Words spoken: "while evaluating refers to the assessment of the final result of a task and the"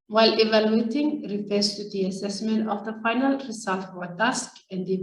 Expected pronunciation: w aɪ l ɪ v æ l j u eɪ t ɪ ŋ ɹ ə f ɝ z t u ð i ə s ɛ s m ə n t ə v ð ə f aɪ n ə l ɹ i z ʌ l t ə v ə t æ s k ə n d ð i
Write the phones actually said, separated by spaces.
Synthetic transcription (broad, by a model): w aɪ l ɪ v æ l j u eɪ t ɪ ŋ ɹ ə f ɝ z t u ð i ə s ɛ s m ə n t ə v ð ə f aɪ n ə l ɹ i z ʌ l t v ə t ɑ s k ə n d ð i